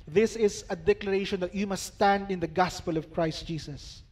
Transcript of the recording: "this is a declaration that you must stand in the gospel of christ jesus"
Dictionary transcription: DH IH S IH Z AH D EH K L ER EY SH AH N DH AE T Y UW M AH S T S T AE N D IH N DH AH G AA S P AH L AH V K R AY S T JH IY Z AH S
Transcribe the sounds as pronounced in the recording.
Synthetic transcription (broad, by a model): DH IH S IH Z AH D EH K L ER EY SH AH N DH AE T Y UW M AH S T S T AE N D IH N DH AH G AA S P AH L AH V K R AY S T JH IY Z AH S